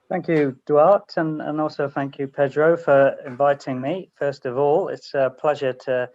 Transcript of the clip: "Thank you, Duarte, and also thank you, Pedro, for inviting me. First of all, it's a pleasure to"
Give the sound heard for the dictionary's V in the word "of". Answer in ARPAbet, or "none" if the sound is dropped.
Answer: V